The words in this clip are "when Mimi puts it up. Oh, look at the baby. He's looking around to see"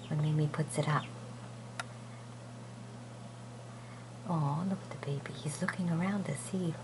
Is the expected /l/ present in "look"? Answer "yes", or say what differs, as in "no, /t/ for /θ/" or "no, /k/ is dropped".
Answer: yes